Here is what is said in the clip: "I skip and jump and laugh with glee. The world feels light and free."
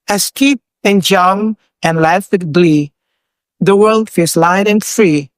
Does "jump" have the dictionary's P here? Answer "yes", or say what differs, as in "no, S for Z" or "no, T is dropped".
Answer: no, P is dropped